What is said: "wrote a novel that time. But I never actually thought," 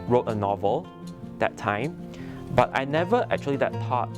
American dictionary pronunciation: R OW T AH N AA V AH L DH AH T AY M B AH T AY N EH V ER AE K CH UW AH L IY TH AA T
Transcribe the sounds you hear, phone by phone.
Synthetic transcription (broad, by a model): R OW T AH N AA V AH L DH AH T AY M B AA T AY N EH V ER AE K CH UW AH L IY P AA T